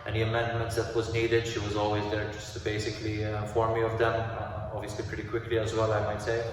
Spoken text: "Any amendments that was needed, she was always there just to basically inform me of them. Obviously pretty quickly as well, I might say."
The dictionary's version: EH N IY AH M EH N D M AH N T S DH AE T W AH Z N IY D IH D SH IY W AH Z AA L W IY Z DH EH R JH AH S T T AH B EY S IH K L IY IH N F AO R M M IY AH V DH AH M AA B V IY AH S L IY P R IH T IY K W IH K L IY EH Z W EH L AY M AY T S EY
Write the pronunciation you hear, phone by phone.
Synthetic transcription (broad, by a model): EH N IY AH M EH N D M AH N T S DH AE T W AH Z N IY D IH D SH IY W AH Z AA L W IY Z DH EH R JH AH S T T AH B EY S IH K L IY F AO R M M IY AH V DH AH M AA B V IY AH S L IY P R IH T IY K W IH K L IY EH Z W EH L AY M AY T S EY